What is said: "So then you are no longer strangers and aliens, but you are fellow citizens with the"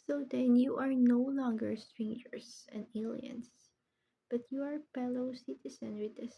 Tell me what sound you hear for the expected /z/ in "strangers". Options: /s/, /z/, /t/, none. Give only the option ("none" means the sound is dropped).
/s/